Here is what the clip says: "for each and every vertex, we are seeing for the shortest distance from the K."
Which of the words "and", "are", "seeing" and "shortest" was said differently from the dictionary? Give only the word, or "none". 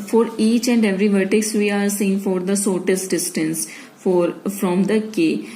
shortest